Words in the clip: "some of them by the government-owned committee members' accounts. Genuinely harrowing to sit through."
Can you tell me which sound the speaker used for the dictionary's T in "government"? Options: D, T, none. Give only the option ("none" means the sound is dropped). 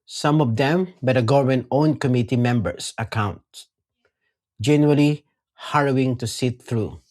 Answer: none